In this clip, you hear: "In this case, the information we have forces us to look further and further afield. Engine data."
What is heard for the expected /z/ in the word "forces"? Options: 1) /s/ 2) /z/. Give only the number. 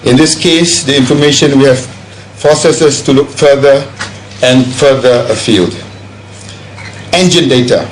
1